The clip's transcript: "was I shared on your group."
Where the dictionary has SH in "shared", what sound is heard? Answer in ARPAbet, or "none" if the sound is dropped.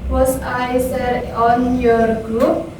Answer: S